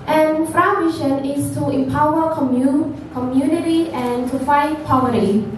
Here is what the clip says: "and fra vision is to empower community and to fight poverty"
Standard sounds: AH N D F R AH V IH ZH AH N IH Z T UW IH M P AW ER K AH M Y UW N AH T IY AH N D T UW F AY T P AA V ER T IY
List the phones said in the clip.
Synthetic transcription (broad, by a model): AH N F R AH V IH SH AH N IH S T UW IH M P AW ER K AH M Y UW N AH T IY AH N T UW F AY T P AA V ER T IY